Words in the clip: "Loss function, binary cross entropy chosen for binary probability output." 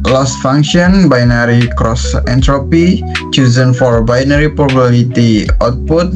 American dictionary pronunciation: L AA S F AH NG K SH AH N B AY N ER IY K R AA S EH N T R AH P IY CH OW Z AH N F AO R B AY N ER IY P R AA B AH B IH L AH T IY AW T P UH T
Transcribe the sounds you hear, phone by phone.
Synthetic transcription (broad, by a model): L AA S F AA NG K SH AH N B AY N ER IY K R AA S EH N T R AH P IY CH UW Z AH N F AO R B AY N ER IY P R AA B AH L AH T IY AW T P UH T